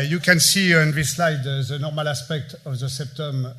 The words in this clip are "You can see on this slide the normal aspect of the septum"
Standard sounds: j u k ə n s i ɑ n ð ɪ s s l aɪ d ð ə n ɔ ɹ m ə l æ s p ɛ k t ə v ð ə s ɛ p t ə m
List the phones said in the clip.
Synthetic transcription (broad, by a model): j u k ə n s i ɑ n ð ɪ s s l aɪ d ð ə n ɔ ɹ m ə l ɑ s p ɛ k t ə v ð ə s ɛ p t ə m